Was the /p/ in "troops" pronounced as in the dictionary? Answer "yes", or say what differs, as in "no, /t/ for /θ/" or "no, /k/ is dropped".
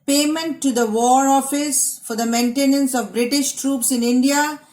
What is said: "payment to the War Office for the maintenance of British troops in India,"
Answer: yes